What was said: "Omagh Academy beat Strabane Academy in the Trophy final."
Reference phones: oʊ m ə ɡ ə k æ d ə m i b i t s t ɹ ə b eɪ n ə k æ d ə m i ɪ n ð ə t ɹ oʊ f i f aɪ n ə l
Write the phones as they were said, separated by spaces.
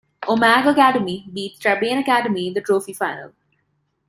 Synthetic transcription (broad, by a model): oʊ m ə ɡ ə k æ d ə m i b i t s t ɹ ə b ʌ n ə k æ d ə m i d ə t ɹ oʊ f i f aɪ n ə l